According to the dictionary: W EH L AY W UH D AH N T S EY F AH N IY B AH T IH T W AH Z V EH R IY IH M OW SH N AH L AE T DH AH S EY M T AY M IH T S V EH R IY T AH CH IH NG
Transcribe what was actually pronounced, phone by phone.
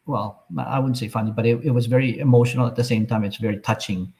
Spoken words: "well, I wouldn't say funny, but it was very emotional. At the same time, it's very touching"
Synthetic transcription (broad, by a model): W EH L AY W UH D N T S EY F AH N IY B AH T IH T W AH Z V EH R IY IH M OW SH N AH L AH T DH AH S EY M T AY M IH T S V EH R IY T AH CH IH NG